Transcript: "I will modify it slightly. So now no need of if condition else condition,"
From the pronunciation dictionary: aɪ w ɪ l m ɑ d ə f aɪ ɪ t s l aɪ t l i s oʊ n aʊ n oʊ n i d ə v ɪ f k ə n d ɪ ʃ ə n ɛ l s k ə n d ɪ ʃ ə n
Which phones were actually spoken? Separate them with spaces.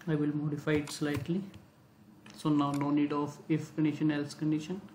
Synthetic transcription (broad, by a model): aɪ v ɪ l m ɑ d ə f aɪ ɪ t s l aɪ t l i s oʊ n aʊ n oʊ n i d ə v ɪ f k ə n d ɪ ʃ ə n ɛ l s k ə n d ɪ ʃ ə n